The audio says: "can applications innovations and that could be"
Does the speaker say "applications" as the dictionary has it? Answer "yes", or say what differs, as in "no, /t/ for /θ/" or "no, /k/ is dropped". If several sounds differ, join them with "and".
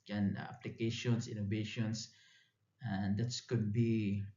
no, /s/ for /z/